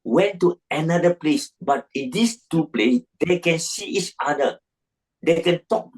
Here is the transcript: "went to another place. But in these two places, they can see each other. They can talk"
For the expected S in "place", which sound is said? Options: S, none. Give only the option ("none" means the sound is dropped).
S